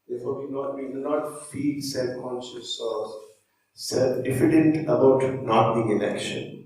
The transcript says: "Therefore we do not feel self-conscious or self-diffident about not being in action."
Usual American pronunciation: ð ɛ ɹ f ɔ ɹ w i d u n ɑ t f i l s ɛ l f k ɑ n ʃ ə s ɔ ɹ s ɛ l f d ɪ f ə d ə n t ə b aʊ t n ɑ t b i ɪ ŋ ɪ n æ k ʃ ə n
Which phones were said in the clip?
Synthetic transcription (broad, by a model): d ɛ ɹ f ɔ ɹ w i d u n ɑ t f i l s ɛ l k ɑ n s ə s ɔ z s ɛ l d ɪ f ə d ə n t ə b aʊ t n ɑ t b i ɪ ŋ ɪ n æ k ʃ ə n